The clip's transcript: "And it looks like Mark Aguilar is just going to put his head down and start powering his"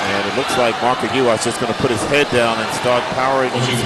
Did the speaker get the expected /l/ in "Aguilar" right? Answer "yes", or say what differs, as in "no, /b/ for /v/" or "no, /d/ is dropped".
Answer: no, /l/ is dropped